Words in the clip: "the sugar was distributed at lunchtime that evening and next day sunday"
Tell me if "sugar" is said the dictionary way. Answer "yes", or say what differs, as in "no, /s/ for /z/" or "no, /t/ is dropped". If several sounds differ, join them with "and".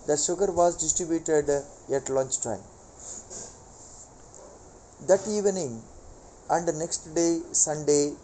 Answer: no, /s/ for /ʃ/